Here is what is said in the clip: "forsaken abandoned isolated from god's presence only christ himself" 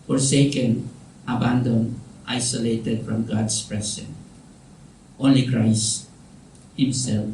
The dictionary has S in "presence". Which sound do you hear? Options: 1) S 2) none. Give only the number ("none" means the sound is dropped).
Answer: 2